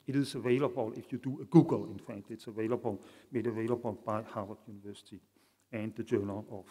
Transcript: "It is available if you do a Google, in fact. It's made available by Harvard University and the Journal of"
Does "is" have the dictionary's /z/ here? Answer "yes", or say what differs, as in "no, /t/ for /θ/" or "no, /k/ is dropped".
no, /s/ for /z/